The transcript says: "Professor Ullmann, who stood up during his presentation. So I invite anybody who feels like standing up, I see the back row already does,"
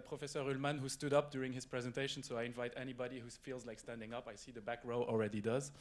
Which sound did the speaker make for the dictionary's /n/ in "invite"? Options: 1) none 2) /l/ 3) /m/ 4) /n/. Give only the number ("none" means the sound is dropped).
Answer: 4